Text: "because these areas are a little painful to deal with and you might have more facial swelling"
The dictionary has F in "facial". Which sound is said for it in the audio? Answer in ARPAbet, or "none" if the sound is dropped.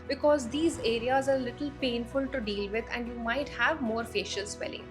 F